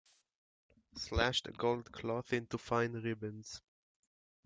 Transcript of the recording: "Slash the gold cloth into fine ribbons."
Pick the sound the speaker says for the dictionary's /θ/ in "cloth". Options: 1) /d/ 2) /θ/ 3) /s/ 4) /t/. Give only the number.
2